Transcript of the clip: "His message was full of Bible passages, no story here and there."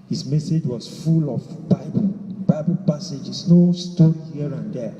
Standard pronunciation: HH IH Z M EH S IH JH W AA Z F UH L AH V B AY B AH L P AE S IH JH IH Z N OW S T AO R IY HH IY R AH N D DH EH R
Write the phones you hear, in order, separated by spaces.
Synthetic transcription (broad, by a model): HH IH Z M EH S IH JH W AA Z F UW L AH B B AY B AH L P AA S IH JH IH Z N OW S T AO R IY HH IY R AH N D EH